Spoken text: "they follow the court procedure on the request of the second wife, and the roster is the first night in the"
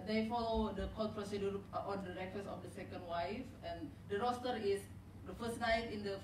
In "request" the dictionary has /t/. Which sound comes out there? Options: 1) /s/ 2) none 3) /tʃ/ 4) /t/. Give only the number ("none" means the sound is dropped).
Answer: 2